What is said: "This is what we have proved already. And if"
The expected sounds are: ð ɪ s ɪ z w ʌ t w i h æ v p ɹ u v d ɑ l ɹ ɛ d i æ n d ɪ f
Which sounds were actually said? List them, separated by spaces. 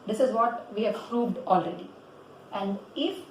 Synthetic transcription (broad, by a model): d ɪ s ɪ z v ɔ t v i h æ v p ɹ u b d ɑ l ɹ ɛ d i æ n d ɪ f